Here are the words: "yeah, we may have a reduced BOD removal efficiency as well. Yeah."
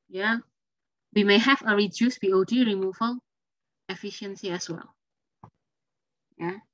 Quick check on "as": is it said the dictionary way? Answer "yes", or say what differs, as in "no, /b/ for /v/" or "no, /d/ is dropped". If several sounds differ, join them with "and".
no, /s/ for /z/